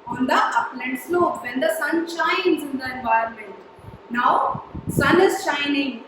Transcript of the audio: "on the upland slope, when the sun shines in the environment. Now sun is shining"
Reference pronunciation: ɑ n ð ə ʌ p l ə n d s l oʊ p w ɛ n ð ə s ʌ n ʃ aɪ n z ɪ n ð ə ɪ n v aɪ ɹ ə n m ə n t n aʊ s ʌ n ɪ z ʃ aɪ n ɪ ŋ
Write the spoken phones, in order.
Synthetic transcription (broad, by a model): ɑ n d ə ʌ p l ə n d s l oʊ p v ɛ n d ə s ʌ n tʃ aɪ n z ɪ n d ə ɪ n v aɪ ə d m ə n t n aʊ s ʌ n ɪ z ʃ aɪ n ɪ ŋ